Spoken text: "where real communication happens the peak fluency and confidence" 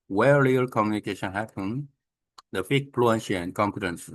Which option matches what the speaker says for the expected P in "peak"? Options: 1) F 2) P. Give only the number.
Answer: 1